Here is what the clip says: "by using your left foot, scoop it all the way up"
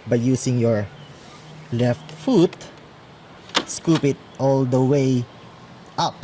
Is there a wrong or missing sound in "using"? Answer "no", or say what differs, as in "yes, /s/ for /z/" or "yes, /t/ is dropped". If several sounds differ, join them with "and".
yes, /s/ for /z/